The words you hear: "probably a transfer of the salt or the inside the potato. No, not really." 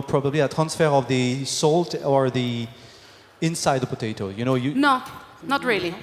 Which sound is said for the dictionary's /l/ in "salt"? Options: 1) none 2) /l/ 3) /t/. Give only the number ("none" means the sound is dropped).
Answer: 2